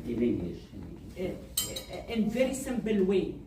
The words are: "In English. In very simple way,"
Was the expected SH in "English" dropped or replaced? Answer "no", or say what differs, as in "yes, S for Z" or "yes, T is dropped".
yes, SH is dropped